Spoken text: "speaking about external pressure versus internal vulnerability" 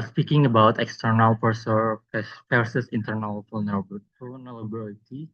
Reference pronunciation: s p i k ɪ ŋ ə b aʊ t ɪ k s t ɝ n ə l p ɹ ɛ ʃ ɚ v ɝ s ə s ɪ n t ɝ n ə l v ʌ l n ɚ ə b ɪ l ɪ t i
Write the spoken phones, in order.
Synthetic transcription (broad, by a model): s p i k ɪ ŋ ə b aʊ t ɪ k s t ɝ n ə l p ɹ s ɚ p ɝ s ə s ɪ n t ɝ n ə l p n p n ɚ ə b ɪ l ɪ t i